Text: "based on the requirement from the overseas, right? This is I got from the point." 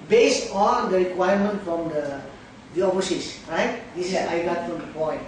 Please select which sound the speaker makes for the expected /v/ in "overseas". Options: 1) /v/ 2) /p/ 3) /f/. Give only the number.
3